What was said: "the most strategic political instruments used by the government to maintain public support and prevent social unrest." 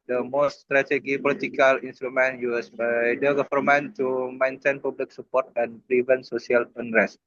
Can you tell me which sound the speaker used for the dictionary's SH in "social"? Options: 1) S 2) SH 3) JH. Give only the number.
1